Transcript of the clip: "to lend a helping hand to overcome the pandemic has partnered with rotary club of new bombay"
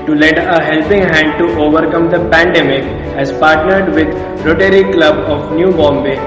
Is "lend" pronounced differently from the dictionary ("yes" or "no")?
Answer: yes